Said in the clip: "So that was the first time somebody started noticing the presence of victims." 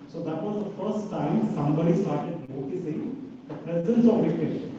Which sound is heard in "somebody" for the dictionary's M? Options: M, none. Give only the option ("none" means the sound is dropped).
M